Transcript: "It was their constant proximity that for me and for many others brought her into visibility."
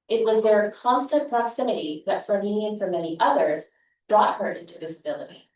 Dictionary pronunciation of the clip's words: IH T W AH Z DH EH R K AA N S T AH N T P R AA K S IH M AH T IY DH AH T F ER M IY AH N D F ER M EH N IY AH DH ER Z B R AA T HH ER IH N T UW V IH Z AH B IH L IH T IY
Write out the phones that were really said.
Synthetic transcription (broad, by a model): IH T W AH Z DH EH R K AA N S T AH N P R AA K S IH M AH T IY DH AH T F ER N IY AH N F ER M EH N IY AH DH ER Z B R AA T HH ER IH N T UW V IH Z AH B IH L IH T IY